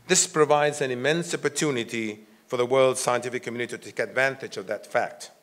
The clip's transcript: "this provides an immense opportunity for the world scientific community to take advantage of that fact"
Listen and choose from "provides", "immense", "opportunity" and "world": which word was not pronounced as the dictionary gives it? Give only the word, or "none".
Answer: none